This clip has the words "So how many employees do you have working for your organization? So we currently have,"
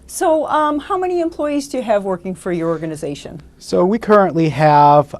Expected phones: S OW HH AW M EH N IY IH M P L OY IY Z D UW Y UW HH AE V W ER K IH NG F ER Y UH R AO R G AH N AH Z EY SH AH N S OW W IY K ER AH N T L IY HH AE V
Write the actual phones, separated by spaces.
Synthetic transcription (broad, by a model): S OW HH AW M EH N IY IH M P L OY IY Z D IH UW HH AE V W ER K IH NG F ER Y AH R AO R G AH N AH Z EY SH AH N S OW W IY K ER AH N T L IY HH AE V